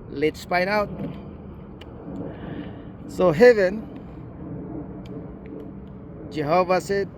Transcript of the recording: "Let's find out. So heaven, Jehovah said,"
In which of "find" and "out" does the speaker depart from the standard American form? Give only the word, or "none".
find